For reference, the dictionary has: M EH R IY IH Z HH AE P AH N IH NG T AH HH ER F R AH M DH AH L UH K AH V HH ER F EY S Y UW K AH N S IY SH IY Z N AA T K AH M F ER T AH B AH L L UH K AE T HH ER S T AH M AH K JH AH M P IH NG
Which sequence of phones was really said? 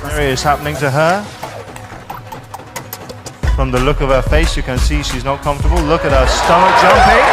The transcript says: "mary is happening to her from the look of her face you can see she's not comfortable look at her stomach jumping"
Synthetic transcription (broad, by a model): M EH R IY IH Z HH AE P AH N IH NG T AH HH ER F R AH M DH AH L UH K AH V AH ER F EY S Y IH K AH N S IY SH IY Z N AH T K AH M F T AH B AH L L UH K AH T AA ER S T AH M AH K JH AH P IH